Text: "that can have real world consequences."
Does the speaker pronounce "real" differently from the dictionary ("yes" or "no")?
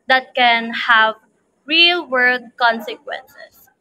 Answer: no